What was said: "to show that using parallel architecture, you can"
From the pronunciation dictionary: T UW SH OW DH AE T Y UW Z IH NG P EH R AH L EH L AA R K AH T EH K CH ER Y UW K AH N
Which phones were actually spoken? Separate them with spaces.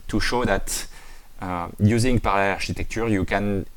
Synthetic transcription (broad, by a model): T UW SH OW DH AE T Y UW Z IH NG P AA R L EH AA R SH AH T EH K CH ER Y UW K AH N